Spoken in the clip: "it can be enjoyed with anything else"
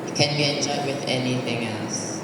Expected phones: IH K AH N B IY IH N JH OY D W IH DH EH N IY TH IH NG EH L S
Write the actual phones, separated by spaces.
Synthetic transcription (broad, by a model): K AH N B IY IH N CH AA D W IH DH EH N IY TH IH NG EH L S